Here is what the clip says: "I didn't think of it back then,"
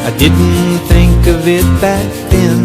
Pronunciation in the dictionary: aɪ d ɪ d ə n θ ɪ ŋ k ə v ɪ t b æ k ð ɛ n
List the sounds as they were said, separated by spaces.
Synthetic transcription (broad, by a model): aɪ d ɪ d n θ ɪ ŋ k ə v ɪ t b æ k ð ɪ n